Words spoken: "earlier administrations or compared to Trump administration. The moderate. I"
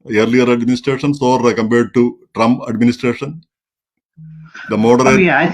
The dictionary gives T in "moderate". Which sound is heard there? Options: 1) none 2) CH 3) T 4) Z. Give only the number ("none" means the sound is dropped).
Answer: 1